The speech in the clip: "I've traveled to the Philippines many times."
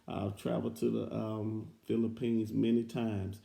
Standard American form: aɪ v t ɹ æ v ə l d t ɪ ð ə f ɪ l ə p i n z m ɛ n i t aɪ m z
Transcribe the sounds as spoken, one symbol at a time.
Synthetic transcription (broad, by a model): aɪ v t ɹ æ v l t ɪ ð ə f ɪ l ə p i n z m ɛ n i t aɪ m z